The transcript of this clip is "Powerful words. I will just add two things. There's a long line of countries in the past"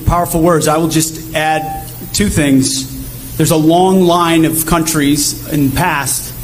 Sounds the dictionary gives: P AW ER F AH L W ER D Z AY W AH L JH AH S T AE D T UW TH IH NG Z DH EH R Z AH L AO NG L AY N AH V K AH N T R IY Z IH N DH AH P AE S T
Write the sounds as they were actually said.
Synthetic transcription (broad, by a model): P AW ER F L W ER D Z AY W AH L JH AH S T AE D T UW TH IH NG Z DH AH R Z AH L AO NG L AY N AH V K AH N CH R IY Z IH N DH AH P AE S T